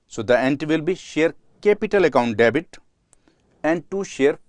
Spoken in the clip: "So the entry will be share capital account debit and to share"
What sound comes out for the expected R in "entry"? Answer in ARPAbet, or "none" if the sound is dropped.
none